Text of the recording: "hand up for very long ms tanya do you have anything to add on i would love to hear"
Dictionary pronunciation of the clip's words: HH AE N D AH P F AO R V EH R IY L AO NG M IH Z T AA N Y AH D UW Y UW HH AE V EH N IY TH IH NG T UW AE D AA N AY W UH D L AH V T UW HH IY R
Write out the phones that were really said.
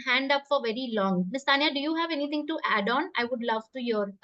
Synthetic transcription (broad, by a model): HH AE N D AH P F AO R V EH R IY L AO NG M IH S T AA N Y AH D UW Y UW HH AE V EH N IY T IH NG T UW AE D AA N AY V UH D L AH V T UW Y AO R